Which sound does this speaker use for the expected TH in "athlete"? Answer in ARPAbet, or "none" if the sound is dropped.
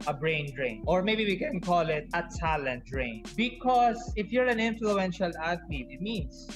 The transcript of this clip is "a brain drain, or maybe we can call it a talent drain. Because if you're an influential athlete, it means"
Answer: T